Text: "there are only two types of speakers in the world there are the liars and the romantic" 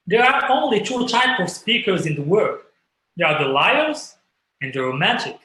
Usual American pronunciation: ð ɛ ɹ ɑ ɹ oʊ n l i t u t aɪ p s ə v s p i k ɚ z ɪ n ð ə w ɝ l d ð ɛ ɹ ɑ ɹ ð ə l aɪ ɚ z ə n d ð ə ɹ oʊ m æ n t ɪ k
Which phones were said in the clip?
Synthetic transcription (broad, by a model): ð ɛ ɹ ɑ ɹ oʊ n l i t u t aɪ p ə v s p i k ɚ z ɪ n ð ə w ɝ d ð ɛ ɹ ɑ ɹ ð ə l aɪ ɚ z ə n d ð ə ɹ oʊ m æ n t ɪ k